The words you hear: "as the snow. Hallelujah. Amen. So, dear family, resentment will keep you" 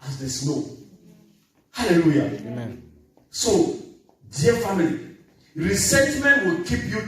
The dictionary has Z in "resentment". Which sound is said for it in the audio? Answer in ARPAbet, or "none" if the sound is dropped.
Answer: S